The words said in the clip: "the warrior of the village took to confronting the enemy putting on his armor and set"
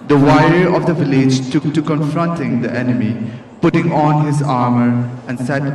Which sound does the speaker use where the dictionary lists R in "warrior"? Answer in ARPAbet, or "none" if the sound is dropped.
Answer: none